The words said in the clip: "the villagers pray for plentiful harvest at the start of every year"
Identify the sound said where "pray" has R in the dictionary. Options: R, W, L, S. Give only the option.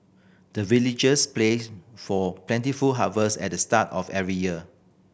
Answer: L